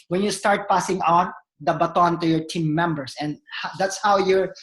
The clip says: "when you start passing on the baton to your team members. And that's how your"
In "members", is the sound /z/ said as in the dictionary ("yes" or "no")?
no